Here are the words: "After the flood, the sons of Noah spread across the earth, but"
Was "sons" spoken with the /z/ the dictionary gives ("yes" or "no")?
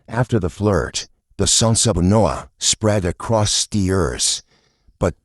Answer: no